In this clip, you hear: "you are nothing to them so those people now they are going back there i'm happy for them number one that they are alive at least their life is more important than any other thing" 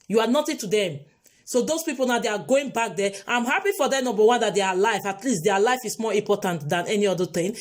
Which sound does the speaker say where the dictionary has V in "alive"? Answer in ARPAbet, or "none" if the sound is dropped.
F